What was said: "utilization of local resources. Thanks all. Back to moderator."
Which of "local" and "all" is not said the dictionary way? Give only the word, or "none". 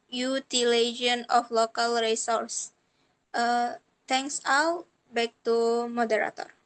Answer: all